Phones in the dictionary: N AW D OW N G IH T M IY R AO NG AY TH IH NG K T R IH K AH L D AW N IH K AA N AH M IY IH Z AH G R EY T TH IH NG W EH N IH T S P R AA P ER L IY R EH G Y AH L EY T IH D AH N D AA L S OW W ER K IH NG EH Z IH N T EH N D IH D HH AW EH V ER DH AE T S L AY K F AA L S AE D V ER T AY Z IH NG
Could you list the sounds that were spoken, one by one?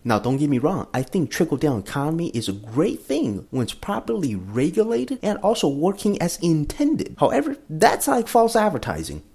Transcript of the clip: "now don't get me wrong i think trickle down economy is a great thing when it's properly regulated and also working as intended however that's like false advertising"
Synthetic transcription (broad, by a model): N AW D OW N G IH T M IY R AO NG AY TH IH NG K T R IH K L D AW N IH K AA N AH M IY IH Z AH G R EY T TH IH NG W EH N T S P R AA P ER L IY R EH G Y AH L EY T IH D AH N AA L S OW W ER K IH NG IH Z IH N T EH N D IH D HH AW EH V ER DH AE T S L AY K F AA L S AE D V ER T AY Z IH NG